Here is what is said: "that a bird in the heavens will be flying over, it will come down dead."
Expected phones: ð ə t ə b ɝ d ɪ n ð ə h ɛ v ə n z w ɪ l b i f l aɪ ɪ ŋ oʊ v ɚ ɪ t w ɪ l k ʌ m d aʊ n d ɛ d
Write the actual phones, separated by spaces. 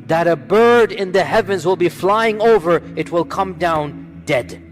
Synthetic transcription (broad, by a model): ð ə t ə b ɝ d ɪ n ð ə h ɛ v ə n z w ɪ l b i f l aɪ ɪ ŋ oʊ v ɚ ɪ t w ɪ l k ʌ m d aʊ n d ɛ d